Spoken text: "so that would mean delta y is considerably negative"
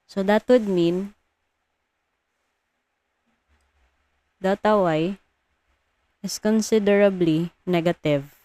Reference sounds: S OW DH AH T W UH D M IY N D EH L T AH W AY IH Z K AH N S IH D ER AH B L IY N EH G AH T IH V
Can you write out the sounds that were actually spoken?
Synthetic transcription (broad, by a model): S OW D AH T W UH D M IY N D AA T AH W AY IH S K AH N S IH D ER AH B L IY N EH G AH T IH V